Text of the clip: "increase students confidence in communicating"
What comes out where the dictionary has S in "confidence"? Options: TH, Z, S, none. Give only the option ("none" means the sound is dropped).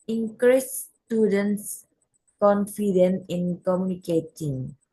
none